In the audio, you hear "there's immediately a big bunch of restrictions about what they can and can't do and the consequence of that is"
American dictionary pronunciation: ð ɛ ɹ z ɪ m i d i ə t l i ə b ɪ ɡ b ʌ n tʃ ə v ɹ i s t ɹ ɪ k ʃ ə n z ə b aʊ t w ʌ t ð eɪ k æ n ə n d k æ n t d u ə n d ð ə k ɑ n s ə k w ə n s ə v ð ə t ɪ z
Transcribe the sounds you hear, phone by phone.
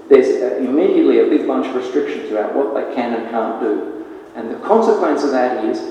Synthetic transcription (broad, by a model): ð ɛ ɹ z ɪ m i d i ə t l i ə b ɪ ɡ b ʌ n tʃ ə v ɹ i s t ɹ ɪ k ʃ ə n z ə ʊ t w ʌ t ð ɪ k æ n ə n k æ n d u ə n ð ə k ɑ n s ə k w ə n s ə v ð ə t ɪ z